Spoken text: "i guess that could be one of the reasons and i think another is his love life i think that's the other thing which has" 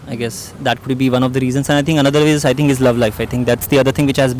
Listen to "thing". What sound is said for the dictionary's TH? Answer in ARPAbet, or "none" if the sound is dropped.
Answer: T